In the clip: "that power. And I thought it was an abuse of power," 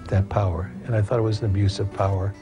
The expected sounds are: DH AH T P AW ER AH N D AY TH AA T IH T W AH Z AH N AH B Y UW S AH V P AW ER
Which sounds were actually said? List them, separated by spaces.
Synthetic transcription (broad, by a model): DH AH T P AW ER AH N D AY TH AA T IH T W AH Z N AH B Y UW S AH V P AW ER